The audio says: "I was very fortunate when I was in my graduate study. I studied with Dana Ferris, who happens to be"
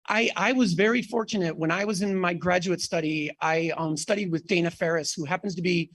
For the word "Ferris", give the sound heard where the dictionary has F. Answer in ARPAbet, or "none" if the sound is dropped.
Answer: F